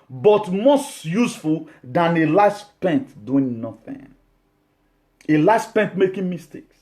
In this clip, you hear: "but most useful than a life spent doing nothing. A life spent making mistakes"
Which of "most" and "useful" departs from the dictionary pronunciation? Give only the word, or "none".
none